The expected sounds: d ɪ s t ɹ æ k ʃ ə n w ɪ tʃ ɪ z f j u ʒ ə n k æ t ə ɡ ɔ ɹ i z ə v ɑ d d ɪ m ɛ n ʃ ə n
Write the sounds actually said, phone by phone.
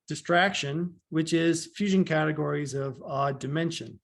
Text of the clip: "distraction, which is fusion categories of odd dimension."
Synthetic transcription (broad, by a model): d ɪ s t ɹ æ k ʃ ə n w ɪ tʃ ɪ z f j u ʒ ə n k æ t ə ɡ ɔ ɹ i z ə v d d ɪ m ɛ n ʃ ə n